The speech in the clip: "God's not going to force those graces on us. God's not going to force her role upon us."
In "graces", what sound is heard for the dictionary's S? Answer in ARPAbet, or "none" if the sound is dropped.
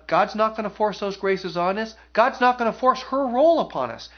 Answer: S